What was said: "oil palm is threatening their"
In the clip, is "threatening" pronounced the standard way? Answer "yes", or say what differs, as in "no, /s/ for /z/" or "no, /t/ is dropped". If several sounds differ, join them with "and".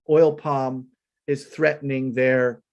yes